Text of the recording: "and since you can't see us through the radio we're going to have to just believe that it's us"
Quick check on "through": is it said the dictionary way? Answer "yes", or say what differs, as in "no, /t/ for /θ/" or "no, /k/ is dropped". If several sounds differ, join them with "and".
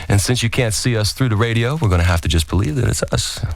yes